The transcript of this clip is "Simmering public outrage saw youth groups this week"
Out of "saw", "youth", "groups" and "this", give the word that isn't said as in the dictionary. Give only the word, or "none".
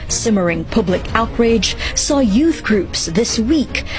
none